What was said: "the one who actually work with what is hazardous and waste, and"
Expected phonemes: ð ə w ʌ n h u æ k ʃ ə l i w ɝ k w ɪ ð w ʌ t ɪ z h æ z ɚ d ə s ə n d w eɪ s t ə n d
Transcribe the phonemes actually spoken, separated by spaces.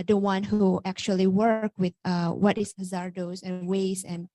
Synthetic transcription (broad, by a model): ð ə w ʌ n h u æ k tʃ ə l i w ɝ k w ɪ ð w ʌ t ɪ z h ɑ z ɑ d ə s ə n w eɪ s ə n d